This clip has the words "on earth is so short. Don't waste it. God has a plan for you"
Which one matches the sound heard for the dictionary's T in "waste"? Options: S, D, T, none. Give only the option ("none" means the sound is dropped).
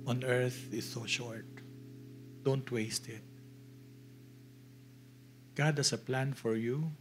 T